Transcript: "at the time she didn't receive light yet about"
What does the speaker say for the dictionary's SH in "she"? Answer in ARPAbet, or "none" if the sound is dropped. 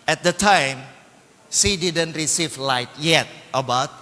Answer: S